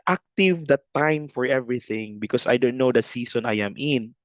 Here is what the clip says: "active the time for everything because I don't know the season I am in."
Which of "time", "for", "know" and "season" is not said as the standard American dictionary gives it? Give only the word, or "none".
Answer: season